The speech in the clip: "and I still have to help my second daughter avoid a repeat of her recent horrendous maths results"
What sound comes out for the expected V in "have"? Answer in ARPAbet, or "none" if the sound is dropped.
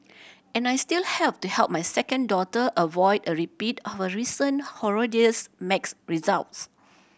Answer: P